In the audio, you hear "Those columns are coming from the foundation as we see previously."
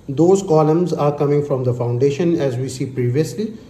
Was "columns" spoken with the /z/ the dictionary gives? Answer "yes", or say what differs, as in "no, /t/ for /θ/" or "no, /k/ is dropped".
yes